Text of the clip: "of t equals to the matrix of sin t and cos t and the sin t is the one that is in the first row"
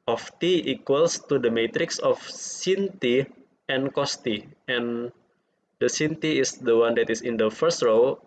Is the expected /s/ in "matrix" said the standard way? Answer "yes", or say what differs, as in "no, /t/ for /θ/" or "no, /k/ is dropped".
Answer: yes